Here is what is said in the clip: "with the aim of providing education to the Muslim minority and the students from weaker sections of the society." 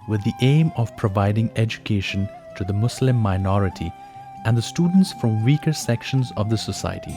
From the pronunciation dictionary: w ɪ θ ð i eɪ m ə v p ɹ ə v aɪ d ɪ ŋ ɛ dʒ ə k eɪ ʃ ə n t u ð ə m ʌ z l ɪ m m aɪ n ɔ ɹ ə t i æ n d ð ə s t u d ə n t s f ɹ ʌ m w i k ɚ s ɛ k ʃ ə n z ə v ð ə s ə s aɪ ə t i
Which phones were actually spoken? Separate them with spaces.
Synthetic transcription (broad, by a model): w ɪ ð i eɪ m ə v p ɹ ə v aɪ d ɪ ŋ ɛ dʒ ə k eɪ ʃ ə n t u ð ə m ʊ s l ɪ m m aɪ n ɔ ɹ ə t i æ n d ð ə s t u d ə n t s f ɹ ʌ m w i k ɚ s ɛ k ʃ ə n z ə v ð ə s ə s aɪ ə t i